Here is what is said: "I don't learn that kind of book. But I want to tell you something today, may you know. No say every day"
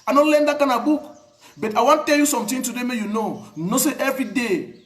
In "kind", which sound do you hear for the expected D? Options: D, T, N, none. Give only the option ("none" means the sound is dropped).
none